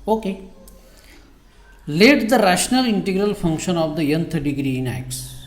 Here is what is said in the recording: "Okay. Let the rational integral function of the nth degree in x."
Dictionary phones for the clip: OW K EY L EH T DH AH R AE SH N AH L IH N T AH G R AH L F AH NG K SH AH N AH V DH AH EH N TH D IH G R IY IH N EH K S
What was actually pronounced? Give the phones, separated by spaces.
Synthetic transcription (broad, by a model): OW K EY L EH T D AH R AE SH N AH L IH N T AH G R AH L F AH NG K SH AH N AH V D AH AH N T D IH G R IY IH N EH K S